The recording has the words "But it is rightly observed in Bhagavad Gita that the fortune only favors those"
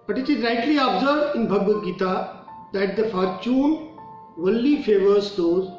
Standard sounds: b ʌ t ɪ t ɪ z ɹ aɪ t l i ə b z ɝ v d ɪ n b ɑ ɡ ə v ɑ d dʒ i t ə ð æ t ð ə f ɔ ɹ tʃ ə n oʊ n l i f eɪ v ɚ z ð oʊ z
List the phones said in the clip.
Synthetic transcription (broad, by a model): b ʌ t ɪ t ɪ z ɹ aɪ t l i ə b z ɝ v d ɪ n b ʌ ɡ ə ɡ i t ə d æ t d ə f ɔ ɹ tʃ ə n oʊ l i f eɪ v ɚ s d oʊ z